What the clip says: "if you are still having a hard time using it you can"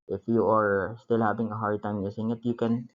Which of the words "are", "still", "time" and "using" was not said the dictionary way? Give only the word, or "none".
using